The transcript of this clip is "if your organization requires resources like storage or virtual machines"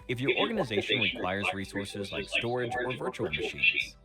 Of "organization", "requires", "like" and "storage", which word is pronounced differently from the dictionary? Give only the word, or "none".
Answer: requires